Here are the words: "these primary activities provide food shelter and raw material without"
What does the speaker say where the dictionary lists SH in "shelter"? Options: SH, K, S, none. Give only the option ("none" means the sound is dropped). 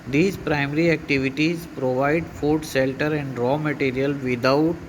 S